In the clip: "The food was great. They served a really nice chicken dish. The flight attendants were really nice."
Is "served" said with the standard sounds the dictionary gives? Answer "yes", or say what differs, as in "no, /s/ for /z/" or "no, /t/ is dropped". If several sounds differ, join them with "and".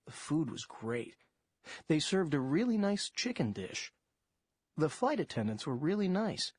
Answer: yes